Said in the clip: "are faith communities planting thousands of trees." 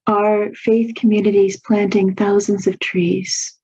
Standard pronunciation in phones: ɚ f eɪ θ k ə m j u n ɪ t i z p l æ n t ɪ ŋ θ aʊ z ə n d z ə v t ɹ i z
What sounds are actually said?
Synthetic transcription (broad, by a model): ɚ f eɪ θ k ə m j u n ɪ t i z p l æ n t ɪ ŋ θ aʊ z ə n d z ə v t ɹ i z